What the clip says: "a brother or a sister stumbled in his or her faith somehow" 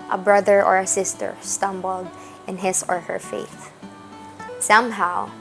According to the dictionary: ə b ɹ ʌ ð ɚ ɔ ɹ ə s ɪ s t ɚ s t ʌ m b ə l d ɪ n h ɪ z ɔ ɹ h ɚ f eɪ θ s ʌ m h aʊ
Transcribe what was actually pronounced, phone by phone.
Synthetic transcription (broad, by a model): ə b ɹ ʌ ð ɚ ɔ ɹ ə s ɪ s t ɚ s t ʌ m b ə l d ɪ n h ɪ s ɔ ɹ h ɚ f eɪ θ s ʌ m h aʊ